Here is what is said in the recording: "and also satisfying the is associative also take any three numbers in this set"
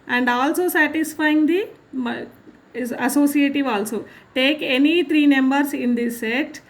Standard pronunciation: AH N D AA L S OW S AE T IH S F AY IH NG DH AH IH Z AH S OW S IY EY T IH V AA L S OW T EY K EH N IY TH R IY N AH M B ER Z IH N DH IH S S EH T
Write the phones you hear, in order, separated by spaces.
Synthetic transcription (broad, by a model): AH N D AA L S OW S AE T IH S F AY IH NG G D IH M AH S OW S IY EY T IH V AA L S OW T EY K EH N IY T R IY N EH M B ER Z IH N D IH S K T